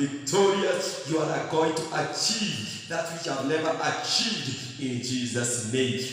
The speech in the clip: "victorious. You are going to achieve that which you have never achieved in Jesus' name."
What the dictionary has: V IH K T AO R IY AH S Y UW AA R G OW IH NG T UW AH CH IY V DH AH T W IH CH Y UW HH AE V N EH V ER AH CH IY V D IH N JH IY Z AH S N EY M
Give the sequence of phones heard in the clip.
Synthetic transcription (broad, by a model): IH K T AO R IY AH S Y UW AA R G OW IH NG T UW AH CH IY V DH AH T W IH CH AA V N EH V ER AH CH IY V D IH N JH IY Z AH S N EY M